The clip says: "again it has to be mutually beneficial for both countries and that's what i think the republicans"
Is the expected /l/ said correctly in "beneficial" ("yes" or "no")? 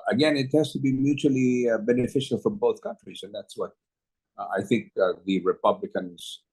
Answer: yes